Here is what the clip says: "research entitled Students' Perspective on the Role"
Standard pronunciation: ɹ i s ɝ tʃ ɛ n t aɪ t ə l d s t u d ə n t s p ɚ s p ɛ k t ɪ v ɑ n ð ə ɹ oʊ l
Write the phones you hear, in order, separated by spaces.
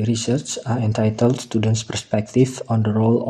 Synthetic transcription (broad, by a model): ɹ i s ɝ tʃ ɛ n t aɪ t ə l d s t u d ə n t s p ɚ s p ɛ k t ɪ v ɑ n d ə ɹ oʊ l